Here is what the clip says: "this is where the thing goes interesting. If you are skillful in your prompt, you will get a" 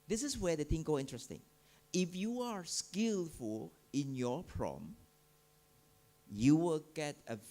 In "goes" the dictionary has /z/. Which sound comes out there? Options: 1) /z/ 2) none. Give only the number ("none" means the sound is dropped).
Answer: 2